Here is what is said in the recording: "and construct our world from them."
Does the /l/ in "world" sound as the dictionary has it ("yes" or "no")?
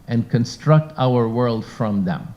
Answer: yes